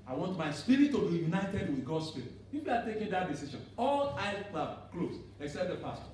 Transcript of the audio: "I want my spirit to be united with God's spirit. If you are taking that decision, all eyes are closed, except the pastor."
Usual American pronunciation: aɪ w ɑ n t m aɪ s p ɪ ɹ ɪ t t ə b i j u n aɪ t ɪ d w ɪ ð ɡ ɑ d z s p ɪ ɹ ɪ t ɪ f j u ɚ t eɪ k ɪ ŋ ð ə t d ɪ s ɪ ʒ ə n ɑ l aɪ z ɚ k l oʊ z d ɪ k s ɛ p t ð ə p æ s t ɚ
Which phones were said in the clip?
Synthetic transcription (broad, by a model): aɪ w ɑ n t m aɪ s p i ɹ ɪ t t ə b i j u n aɪ t ɪ d w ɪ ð ɡ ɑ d s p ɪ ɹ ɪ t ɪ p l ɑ t eɪ k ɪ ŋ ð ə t d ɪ s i ʃ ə n ɑ l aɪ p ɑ k l oʊ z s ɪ k s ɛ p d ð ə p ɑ s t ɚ